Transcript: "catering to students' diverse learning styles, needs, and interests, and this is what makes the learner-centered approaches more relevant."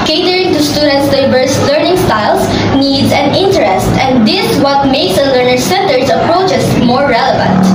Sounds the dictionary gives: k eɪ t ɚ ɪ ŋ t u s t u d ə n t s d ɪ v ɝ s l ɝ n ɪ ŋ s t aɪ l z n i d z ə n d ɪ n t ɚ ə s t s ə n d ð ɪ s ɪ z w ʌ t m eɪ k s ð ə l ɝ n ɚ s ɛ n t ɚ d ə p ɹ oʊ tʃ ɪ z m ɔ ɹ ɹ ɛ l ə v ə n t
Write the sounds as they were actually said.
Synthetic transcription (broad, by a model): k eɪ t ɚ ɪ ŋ t u s t u d ə n t s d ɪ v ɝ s l ɝ n ɪ ŋ s t aɪ l s n i d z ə n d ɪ n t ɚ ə s t ə n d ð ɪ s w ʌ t m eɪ s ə l ɝ n ɚ s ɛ n t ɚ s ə p ɹ oʊ tʃ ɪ s m ɔ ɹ ɹ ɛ l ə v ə n t